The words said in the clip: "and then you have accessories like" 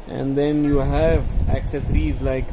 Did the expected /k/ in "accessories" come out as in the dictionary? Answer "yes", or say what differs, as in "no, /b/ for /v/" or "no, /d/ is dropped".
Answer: yes